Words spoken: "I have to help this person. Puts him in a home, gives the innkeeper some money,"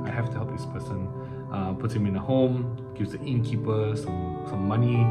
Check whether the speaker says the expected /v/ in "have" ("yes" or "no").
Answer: no